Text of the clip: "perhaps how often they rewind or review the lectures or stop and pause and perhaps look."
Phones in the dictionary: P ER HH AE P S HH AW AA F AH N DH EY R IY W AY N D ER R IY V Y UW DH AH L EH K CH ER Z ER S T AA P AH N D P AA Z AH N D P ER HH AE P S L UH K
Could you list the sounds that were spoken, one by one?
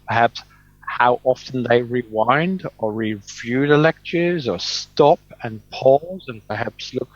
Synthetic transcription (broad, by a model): P ER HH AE P S HH AW AA F AH N DH EY R IY W AY N D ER R IY V Y UW DH AH L EH K CH ER Z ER S T AA P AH N P AA Z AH N P ER HH AE P S L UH K